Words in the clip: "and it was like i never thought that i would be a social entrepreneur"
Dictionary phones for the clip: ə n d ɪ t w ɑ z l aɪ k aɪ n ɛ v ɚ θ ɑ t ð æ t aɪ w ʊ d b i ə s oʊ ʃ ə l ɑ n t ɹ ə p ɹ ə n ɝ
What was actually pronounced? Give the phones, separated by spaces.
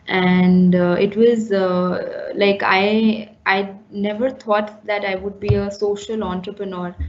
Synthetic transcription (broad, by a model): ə n d ɪ t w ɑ z l aɪ k aɪ n ɛ v ɚ t ɑ t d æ t aɪ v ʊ d b i ə s oʊ ʃ ə l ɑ n t ɹ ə p ɹ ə n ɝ